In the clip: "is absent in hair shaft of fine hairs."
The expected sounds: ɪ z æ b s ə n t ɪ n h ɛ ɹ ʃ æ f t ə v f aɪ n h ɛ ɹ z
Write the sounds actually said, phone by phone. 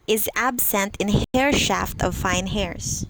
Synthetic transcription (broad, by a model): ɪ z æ b s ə n t ɪ n h ɛ ɹ ʃ æ f t ə v f aɪ n h ɛ ɹ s